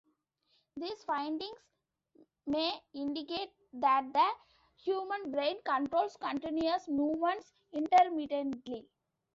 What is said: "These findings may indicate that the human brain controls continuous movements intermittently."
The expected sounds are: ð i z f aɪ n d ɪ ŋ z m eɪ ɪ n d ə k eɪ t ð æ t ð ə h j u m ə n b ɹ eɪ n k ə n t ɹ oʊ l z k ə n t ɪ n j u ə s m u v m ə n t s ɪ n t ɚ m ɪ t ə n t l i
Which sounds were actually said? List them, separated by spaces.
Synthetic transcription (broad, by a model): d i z f aɪ n d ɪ ŋ s m eɪ ɪ n d ə k eɪ t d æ t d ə h j u m ə n b ɹ eɪ n k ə n t ɹ oʊ l s k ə n t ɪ n j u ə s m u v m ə n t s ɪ n t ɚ m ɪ t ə n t l i